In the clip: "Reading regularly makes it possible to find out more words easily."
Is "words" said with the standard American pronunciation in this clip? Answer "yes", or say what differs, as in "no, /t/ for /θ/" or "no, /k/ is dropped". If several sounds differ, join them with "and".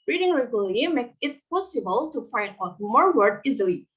no, /z/ is dropped